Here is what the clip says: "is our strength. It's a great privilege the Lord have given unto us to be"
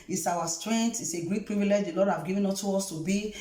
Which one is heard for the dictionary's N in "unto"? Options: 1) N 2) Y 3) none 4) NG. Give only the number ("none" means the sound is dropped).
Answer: 3